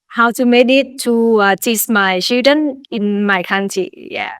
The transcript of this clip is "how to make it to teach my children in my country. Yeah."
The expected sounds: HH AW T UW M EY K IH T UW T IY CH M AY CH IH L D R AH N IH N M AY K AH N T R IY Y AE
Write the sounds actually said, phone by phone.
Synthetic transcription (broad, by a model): HH AW T UW M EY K IH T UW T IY S M AY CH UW D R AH N IH N M AY K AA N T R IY Y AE